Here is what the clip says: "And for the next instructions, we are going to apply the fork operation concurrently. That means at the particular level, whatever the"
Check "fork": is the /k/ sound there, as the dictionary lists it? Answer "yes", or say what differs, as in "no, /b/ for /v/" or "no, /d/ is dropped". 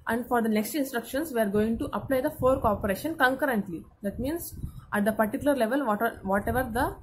yes